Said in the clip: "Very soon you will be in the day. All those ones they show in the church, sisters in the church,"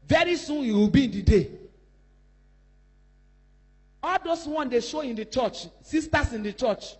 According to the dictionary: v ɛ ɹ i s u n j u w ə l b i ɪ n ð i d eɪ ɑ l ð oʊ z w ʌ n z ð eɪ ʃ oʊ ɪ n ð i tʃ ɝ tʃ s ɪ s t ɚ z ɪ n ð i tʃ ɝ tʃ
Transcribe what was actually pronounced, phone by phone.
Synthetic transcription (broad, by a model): v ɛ ɹ i s u n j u w ə l b i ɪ n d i d eɪ ɑ l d oʊ s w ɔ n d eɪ ʃ oʊ ɪ n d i tʃ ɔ tʃ s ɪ s t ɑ s ɪ n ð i tʃ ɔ tʃ